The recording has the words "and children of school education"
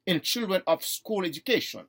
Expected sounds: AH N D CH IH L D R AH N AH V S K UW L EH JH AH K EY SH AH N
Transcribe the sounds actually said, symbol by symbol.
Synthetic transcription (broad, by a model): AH N CH IH L D R AH N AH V S K UW L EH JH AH K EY SH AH N